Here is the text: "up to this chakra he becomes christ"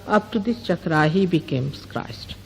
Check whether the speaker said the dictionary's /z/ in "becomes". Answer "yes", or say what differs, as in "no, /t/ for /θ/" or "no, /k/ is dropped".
no, /s/ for /z/